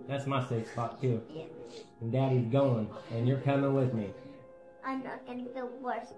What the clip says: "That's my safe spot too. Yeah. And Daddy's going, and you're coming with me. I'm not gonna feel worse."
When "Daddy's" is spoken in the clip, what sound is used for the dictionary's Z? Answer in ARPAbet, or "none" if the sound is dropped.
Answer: Z